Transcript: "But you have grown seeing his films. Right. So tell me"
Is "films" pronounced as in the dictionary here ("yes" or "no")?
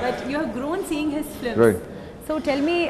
no